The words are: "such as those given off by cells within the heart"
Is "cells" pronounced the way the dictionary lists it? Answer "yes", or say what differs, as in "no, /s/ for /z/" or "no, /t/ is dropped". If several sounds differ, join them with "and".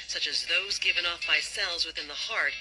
yes